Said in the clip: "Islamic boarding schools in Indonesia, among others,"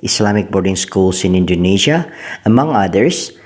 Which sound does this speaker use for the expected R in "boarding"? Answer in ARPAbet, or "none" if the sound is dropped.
R